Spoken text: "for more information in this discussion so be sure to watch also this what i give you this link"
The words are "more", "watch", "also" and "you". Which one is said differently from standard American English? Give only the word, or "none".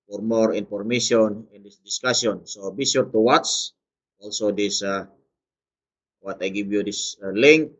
watch